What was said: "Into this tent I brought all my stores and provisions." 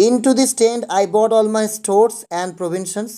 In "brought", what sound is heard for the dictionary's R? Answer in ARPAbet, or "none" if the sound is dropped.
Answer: none